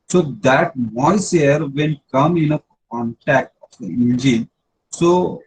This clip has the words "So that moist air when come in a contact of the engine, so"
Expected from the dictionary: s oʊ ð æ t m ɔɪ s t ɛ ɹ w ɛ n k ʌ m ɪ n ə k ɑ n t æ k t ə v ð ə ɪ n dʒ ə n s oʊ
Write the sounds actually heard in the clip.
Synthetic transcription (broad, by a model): s oʊ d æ t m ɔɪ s ɛ ɹ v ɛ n k ʌ m ɪ n ə k ɑ n t æ k t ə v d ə ɪ n dʒ ə n s oʊ